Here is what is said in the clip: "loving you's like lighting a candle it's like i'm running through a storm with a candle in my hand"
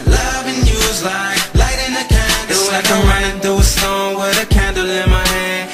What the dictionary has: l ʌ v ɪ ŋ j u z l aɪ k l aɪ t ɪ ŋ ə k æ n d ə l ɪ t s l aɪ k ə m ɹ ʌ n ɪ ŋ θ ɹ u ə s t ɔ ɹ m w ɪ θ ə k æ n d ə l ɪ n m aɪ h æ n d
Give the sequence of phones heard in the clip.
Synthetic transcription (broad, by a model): l ʌ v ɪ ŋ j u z l aɪ k l aɪ t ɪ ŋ ə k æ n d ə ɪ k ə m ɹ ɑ ɪ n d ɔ ə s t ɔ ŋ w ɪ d ə k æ n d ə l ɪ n m aɪ h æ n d